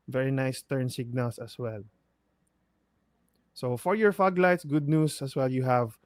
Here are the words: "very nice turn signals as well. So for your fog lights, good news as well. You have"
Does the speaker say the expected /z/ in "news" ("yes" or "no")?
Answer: no